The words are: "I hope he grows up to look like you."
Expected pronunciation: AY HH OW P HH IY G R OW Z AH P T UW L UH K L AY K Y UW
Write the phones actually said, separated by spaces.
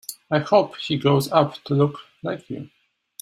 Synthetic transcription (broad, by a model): AY HH OW P HH IY G OW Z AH P T UW L UH K L AY K Y UW